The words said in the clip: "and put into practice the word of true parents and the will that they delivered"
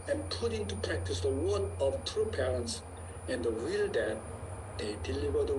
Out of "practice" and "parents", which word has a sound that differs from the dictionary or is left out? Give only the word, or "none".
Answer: none